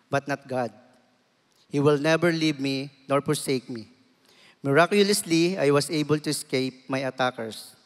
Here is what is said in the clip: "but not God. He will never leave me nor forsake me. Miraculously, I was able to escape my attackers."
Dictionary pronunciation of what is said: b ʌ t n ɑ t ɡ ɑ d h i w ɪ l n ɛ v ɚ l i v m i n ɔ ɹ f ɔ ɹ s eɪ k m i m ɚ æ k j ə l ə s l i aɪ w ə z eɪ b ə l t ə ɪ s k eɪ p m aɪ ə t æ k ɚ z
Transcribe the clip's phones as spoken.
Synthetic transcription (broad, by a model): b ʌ t n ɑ t ɡ ɑ d h i w ɪ l n ɛ b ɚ l i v m i n ɔ ɹ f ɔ ɹ s eɪ k m i m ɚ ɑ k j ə l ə s l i aɪ w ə s eɪ b ə l t ə ɪ s k eɪ p m aɪ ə t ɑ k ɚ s